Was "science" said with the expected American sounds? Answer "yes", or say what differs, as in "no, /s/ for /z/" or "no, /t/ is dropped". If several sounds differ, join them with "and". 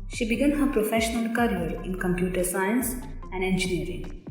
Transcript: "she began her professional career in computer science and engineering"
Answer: yes